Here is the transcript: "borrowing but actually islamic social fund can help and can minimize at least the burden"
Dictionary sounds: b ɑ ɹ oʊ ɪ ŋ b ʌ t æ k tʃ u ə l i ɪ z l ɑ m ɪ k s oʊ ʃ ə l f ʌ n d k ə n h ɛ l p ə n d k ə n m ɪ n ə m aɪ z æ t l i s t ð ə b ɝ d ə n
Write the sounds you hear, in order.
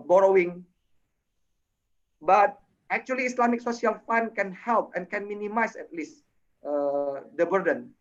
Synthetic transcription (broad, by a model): b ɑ ɹ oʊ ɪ ŋ b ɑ t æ k tʃ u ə l i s l ɑ m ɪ k s oʊ s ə l f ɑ n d k ə n h ɛ l p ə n k ə n m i n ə m aɪ s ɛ t l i s t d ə b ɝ d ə n